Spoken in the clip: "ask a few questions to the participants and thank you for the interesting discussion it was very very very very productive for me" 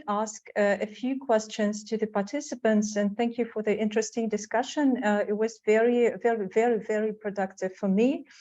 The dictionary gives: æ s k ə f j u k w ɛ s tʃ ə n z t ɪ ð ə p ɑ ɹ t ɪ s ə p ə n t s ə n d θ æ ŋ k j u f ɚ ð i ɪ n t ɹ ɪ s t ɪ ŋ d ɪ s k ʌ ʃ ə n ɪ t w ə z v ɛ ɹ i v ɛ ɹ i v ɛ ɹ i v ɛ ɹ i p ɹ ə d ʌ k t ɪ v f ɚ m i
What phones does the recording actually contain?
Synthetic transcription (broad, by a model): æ s k ə f j u k w ɛ s tʃ ə n z t ɪ ð ə p ɑ ɹ t ɪ s ə p ə n t s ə n θ æ ŋ k j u f ɚ ð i ɪ n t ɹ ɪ s t ɪ ŋ d ɪ s k ʌ ʃ ə n ɪ t w ə z v ɛ ɹ i v ɛ ɹ i v ɛ ɹ i v ɛ ɹ i p ɹ ə d ʌ k t ɪ v f ɚ m i